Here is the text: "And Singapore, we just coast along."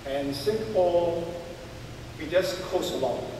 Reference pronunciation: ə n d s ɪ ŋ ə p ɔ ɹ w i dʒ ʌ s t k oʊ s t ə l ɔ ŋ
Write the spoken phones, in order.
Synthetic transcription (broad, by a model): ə n s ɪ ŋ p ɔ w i dʒ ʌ s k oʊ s ə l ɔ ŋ